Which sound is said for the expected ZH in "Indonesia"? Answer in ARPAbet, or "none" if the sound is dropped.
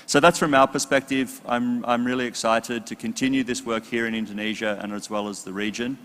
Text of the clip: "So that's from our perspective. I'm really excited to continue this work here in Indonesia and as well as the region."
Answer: ZH